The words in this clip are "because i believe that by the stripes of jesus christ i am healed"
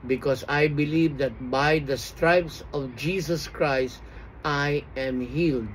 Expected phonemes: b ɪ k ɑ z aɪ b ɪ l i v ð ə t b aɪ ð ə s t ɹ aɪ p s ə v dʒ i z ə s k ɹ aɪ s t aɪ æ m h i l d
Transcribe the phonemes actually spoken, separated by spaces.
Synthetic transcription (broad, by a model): b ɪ k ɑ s aɪ b ɪ l i v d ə t b aɪ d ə s t ɹ aɪ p s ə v dʒ i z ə s k ɹ aɪ s t aɪ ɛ m h i l d